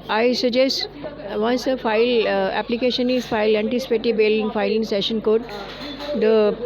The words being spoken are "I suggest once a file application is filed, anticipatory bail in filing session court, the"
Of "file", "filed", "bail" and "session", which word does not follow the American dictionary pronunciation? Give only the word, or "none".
filed